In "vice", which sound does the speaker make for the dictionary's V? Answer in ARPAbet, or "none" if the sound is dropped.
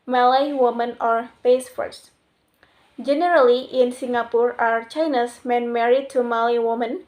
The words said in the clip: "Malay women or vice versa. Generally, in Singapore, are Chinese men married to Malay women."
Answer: B